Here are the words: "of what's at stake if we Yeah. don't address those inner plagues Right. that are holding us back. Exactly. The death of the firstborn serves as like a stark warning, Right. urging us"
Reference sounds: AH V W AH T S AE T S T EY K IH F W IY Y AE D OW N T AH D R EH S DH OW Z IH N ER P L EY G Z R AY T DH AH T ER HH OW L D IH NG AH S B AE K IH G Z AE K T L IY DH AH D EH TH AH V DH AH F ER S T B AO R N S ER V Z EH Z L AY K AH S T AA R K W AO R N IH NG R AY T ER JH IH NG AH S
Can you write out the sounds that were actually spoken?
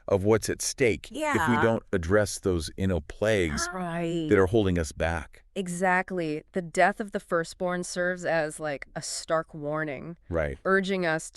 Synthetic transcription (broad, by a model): AH V W AH T S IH T S T EY K IH F W IY D OW N T AH D R EH S DH OW Z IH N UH P L EY G Z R AY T DH AH T ER HH OW L D IH NG AH S B AE K IH G Z AE K T L IY DH AH D EH TH AH V DH AH F ER S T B AO R N S ER V Z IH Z L AY K AH S T AA R K W AO R N IH NG R AY T ER JH IH NG AH S